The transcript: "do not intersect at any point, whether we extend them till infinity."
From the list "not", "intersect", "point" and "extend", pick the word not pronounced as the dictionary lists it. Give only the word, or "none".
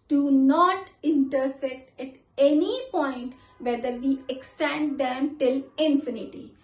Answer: intersect